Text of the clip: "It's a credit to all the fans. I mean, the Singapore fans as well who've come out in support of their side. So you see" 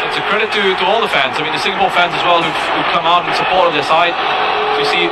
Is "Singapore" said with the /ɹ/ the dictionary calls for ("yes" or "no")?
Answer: no